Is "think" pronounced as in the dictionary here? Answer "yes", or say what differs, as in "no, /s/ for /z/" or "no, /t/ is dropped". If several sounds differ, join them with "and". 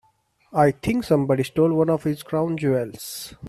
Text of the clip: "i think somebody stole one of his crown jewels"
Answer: no, /t/ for /θ/